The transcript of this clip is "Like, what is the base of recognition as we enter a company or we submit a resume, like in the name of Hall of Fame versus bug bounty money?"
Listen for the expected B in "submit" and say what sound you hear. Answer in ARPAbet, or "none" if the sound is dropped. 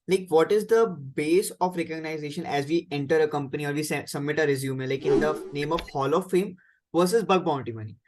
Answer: B